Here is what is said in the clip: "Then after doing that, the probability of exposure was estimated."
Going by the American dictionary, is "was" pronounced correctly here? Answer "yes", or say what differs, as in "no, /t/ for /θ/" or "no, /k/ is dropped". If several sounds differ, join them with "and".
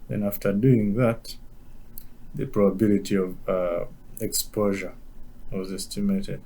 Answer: yes